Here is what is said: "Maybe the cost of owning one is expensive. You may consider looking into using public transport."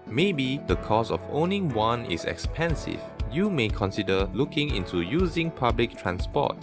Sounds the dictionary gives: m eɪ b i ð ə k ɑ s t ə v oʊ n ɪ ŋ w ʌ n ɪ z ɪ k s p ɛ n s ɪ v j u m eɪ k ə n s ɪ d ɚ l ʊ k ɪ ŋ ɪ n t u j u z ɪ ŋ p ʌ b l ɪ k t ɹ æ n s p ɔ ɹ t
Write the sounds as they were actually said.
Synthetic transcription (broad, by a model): m eɪ b i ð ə k ɑ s ə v oʊ n ɪ ŋ w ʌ n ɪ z ɪ k s p ɛ n s ɪ v j u m eɪ k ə n s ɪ d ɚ l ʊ k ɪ ŋ ɪ n t u j u z ɪ ŋ p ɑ b l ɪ k t ɹ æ n s p ɔ t